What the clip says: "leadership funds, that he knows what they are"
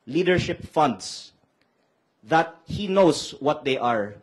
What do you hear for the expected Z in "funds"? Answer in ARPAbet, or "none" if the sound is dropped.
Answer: S